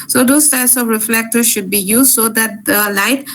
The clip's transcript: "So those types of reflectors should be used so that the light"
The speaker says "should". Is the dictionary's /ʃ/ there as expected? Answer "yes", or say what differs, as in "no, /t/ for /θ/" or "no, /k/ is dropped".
yes